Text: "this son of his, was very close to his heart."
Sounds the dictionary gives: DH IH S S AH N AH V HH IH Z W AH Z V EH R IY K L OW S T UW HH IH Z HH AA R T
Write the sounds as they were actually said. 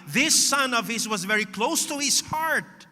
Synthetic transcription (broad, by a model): DH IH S S AH N AH V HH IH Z W AH Z V EH R IY K L OW S T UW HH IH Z HH AA R T